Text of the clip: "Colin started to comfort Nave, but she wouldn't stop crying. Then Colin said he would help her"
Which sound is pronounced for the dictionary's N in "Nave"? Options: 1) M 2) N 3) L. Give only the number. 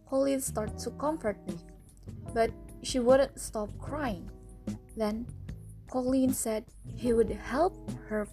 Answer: 3